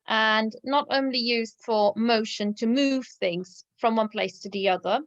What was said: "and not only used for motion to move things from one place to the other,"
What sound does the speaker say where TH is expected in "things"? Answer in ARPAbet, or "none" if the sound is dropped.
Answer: TH